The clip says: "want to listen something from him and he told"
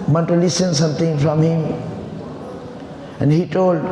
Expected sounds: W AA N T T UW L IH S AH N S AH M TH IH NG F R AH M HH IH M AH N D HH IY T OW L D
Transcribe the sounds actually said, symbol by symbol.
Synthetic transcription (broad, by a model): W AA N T T UW L IH S AH N S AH M T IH NG F R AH M HH IH M AH N D HH IY T OW L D